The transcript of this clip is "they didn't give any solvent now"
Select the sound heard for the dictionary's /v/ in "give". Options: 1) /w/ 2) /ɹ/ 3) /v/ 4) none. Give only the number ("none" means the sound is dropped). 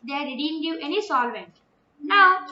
4